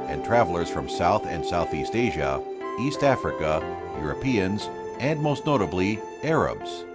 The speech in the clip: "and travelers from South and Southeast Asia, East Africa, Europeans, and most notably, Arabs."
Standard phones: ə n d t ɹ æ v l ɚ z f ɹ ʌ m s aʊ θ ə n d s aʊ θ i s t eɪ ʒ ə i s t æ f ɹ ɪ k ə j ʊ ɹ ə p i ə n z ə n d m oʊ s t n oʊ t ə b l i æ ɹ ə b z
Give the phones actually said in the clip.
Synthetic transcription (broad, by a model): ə n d t ɹ æ v l ɚ z f ɹ ʌ m s aʊ θ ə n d s aʊ θ i s t eɪ ʒ ə i s t æ f ɹ ɪ k ə j ʊ ɹ ə p i ə n z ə n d m oʊ s t n oʊ t ə b l i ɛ ɹ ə b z